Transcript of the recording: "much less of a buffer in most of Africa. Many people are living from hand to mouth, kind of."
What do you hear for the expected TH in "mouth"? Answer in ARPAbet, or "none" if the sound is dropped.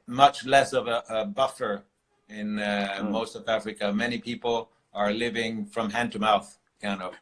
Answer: TH